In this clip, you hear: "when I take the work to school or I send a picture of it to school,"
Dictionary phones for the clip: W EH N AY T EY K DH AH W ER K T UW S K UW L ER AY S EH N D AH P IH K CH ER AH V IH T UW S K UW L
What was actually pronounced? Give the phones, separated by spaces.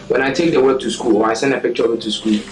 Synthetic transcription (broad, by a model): W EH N AY T EY K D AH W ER T UW S K UW L AY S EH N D AH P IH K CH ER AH W IH T UW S K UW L